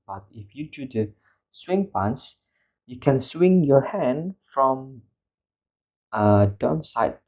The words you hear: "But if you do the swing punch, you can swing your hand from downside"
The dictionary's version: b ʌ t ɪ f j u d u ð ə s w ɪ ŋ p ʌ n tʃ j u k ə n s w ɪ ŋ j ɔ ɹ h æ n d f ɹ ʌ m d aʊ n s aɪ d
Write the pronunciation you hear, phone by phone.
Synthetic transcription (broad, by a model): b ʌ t ɪ f j u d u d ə s w ɪ ŋ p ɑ n s j u k ə n s w ɪ ŋ j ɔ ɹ h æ n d f ɹ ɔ m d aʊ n s aɪ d